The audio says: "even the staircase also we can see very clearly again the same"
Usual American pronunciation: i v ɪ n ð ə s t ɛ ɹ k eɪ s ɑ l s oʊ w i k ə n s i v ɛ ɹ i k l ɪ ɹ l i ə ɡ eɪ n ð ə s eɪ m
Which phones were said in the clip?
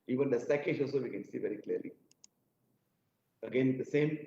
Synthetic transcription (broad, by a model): i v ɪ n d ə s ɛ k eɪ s ɑ l s oʊ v i k ə n s i v ɛ ɹ i k l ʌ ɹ l i ə ɡ eɪ n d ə s eɪ m